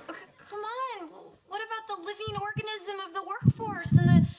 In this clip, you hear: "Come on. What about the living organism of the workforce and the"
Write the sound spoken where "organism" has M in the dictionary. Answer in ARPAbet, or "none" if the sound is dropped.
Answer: M